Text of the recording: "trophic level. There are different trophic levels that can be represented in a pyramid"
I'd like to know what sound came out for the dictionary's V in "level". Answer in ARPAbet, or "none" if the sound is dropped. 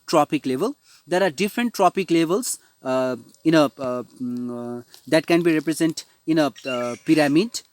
V